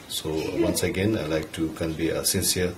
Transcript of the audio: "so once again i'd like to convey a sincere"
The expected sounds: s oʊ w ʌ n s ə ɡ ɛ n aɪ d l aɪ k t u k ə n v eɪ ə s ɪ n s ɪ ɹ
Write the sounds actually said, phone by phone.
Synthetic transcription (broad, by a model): s oʊ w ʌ n s ə ɡ ɛ n aɪ l aɪ k t u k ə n b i ə s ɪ n s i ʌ